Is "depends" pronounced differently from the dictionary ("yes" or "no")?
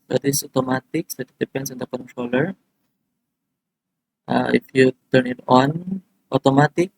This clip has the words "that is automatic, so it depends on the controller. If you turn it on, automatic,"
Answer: yes